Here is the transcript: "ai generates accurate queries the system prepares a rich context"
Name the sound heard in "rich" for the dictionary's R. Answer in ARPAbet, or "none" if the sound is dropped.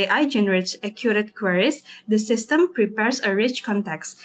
R